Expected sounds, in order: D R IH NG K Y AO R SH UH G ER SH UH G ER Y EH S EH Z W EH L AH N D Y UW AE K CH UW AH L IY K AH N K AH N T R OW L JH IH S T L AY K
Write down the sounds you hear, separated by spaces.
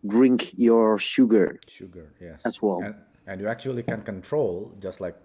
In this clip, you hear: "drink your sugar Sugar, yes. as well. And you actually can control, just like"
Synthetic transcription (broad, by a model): D R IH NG K Y AO R SH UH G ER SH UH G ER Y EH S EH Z W EH L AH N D Y UW AE K CH UW AH L IY K AH N K AH N T R OW L JH IH S T L AY K